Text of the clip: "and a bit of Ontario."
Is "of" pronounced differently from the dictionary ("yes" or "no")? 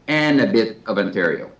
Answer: no